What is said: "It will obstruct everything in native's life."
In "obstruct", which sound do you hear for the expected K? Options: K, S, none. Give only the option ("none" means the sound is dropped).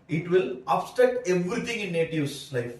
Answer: none